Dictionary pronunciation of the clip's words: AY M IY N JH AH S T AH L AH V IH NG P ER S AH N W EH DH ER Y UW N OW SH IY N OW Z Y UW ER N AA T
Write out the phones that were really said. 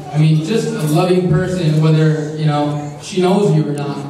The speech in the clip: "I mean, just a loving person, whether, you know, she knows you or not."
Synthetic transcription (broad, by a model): AY M IY N JH AH S T AH L AH V IH NG P ER S AH N W EH DH ER Y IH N OW SH IY N OW Z Y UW ER N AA T